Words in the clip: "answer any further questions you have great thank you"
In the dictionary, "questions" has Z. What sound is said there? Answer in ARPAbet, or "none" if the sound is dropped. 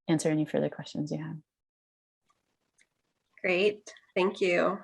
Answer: Z